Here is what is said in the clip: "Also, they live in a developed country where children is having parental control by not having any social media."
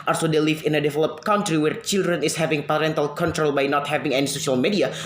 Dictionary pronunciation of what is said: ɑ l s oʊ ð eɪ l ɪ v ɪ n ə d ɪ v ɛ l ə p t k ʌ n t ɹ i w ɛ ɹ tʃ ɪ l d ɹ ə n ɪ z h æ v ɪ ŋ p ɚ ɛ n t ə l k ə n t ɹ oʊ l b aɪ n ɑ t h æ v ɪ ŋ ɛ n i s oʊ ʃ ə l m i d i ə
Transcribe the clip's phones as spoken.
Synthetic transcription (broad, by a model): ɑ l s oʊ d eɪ l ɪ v ɪ n ə d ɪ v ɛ l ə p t k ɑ n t ɹ i w ɛ ɹ tʃ ɪ l d ɹ ə n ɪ s h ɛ v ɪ ŋ p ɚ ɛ n t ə l k ə n t ɹ oʊ l b aɪ n ɑ t h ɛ v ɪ ŋ ɛ n i s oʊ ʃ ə l m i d i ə